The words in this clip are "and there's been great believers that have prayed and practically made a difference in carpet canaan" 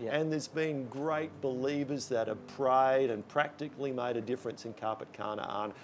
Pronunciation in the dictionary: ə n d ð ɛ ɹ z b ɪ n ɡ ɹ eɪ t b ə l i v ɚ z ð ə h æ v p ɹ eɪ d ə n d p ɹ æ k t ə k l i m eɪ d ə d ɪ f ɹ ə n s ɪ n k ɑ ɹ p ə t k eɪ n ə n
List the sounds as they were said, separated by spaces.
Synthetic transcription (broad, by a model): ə n ð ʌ ɹ z b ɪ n ɡ ɹ eɪ t b ə l i v ɚ z ð ə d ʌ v p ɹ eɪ d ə n p ɹ æ k t ə k l i m eɪ d ə d ɪ f ɹ ə n s ɪ n k ɑ ɹ p ə t k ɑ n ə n